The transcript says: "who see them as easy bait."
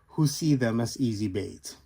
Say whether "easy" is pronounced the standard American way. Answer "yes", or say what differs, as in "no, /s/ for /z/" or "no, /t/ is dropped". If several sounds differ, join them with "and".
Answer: yes